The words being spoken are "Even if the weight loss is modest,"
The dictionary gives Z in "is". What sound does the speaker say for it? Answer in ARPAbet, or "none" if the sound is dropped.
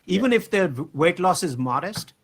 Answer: Z